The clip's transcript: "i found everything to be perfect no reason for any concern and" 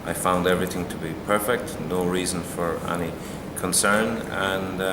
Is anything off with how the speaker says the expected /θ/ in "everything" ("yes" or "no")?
no